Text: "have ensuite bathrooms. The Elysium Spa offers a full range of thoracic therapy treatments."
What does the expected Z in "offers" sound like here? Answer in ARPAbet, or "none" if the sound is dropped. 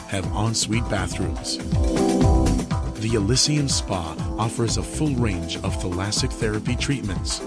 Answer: Z